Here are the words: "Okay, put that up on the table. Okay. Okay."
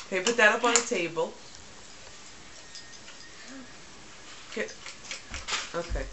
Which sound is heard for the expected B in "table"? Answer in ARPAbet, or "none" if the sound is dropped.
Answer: B